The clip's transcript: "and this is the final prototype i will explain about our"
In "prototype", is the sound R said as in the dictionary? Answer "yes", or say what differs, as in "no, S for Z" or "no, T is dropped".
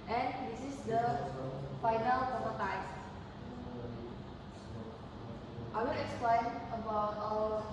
no, R is dropped